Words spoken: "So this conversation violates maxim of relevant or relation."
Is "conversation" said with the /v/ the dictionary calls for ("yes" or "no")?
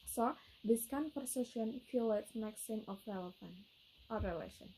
no